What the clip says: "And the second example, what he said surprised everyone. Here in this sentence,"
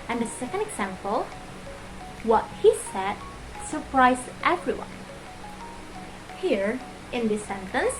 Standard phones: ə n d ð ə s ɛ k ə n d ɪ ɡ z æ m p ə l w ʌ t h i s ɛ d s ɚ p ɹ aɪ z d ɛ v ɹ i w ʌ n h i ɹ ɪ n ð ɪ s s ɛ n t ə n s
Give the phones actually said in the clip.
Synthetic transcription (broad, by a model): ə n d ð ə s ɛ k ə n d ɪ ɡ z æ m p ə l w ʌ t h i s ɛ d s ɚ p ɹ aɪ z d ɛ v ɹ i w ʌ n h i ɹ ɪ n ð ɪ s s ɛ n t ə n s